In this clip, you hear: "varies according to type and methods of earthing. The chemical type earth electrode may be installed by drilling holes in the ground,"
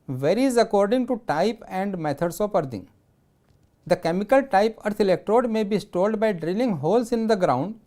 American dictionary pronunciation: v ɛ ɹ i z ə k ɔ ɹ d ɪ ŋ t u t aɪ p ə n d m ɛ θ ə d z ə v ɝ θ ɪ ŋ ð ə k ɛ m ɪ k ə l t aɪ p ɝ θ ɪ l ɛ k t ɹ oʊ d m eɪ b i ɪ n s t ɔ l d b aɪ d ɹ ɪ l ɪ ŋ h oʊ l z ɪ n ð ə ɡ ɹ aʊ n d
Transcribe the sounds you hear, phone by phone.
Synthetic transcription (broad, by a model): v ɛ ɹ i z ə k ɔ ɹ d ɪ ŋ t u t aɪ p ə n d m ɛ t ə d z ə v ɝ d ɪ ŋ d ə k ɛ m ɪ k ə l t aɪ p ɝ t ɪ l ɛ k t ɹ oʊ d m eɪ b i s t ɔ l d b aɪ d ɹ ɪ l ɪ ŋ h oʊ l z ɪ n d ə ɡ ɹ aʊ n d